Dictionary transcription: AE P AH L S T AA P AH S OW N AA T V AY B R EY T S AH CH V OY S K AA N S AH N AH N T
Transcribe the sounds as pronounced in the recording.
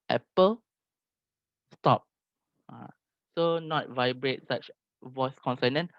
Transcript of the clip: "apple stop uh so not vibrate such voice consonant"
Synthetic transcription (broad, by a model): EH P AH L S T AA P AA S OW N AA T V AY B R EY T S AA CH V OY S K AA N S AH N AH N